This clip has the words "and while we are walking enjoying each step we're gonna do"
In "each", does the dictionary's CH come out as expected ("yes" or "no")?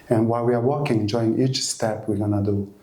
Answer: yes